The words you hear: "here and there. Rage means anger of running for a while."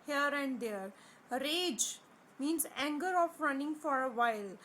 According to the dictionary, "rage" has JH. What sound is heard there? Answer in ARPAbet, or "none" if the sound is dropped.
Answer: JH